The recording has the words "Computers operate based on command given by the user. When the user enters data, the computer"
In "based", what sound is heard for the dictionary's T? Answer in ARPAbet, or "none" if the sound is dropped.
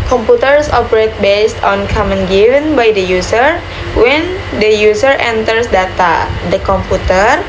T